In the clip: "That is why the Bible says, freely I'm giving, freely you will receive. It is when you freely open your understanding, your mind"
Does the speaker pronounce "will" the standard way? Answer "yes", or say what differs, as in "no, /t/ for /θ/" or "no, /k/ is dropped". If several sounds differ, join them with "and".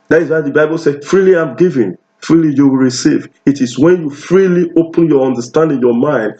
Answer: yes